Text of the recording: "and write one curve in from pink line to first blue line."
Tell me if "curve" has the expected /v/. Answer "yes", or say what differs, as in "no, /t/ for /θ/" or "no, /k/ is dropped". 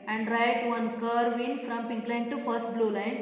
yes